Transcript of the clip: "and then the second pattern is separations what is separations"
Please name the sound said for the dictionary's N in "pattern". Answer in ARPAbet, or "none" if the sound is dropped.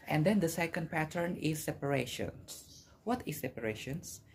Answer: N